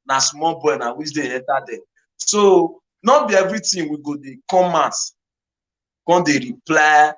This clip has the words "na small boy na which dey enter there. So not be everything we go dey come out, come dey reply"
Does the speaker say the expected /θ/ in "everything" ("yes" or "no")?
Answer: no